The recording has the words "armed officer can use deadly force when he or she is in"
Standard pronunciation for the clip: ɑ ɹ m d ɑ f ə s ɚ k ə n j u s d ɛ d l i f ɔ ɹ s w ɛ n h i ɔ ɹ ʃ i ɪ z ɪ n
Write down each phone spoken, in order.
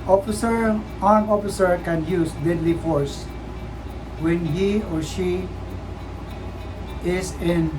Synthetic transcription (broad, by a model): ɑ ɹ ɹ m ɑ f ə s ɚ k ə n j u s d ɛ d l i f ɔ ɹ s w ɛ n h i ɔ ɹ ʃ i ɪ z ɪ n